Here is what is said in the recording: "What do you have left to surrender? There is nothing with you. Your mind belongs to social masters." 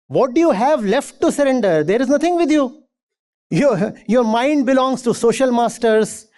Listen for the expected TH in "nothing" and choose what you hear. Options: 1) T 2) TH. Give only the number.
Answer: 1